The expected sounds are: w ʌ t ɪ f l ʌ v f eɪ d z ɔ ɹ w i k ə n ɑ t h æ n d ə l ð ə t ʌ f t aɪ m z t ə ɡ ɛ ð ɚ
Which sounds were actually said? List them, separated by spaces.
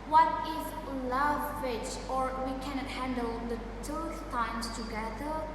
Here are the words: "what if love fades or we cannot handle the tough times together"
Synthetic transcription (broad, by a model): w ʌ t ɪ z l ʌ v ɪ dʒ ɔ ɹ w i k ə n ɑ t h æ n d ə l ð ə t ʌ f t aɪ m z t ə ɡ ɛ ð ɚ